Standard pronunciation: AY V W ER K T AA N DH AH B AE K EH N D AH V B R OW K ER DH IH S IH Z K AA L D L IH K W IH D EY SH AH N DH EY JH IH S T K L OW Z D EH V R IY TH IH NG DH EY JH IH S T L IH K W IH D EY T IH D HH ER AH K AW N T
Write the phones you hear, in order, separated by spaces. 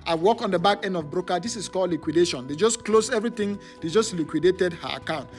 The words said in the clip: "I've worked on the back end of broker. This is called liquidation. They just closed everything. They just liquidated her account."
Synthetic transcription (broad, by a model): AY W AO K AA N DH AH B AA K EH N D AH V B R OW K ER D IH S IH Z K AA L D L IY K W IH D EY SH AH N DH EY JH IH S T K L OW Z EH V R IY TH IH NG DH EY JH IH S T L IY K W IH D EY T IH D HH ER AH K AW N T